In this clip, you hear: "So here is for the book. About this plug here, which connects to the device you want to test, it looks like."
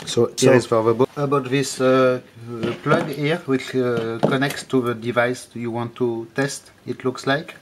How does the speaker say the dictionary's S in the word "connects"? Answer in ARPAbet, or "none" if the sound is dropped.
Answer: S